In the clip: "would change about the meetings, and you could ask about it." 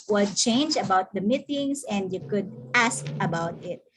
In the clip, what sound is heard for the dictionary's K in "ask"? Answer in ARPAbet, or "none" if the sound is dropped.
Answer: K